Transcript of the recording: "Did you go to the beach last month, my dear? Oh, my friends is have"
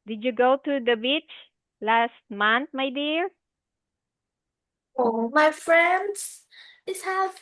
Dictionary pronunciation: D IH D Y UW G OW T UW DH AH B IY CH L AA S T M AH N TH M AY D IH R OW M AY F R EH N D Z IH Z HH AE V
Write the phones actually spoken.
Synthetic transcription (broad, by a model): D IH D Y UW G OW T UW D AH B IY CH L AA S T M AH N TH M AY D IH R OW M AY F R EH N D S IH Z HH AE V